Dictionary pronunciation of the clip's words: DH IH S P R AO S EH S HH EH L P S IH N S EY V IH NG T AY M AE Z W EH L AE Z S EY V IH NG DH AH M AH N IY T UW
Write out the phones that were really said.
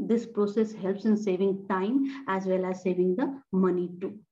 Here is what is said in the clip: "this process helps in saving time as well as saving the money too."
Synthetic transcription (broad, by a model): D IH S P R AO S EH S HH EH L P S IH N S EY V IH NG T AY M AE Z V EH L AE Z S EY V IH NG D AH M AH N IY T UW